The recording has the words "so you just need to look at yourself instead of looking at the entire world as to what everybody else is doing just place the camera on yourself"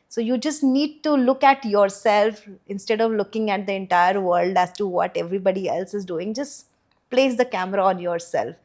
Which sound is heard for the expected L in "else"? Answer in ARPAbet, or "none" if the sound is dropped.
L